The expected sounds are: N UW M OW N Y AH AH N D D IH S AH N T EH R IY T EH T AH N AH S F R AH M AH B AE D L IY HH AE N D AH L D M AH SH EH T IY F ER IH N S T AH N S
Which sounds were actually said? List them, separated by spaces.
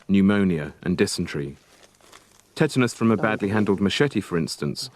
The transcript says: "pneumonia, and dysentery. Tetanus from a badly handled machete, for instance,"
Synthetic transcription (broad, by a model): N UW M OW N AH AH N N D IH S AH N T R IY T EH T AH N AH S F R AH M AH B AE D L IY HH AE N D AH L D M AH SH EH T IY F ER IH N S T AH N S